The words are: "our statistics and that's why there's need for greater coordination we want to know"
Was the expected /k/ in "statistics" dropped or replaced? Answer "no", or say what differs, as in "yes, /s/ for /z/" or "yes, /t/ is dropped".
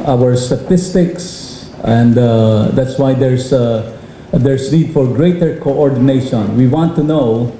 no